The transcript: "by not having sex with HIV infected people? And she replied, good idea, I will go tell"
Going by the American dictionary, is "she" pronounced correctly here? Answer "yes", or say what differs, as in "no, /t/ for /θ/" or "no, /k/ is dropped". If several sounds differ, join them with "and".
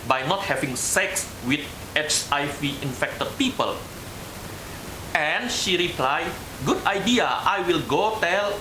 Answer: yes